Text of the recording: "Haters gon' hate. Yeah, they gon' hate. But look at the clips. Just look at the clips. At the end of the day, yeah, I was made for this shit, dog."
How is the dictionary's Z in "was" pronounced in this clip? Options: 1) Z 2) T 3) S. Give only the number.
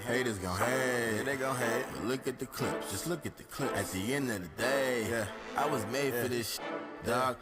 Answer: 1